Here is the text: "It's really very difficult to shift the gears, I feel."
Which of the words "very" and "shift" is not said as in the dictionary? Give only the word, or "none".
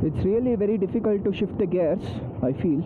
none